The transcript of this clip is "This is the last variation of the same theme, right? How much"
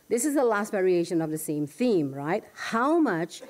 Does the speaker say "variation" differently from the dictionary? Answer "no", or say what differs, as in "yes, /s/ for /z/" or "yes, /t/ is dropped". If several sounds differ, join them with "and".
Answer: no